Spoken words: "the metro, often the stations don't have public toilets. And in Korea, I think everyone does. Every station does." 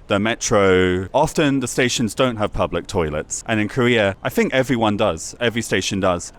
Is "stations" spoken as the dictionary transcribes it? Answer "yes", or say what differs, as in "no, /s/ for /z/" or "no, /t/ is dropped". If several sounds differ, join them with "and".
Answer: yes